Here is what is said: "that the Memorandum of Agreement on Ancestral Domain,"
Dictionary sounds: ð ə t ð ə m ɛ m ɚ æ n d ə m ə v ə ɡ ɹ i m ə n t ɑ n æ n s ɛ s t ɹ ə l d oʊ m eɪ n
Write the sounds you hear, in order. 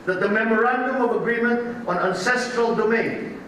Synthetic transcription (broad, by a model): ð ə t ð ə m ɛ m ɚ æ n d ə m ə v ə ɡ ɹ i m ə n t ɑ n æ n s ɛ s t ɹ ə l d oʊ m eɪ n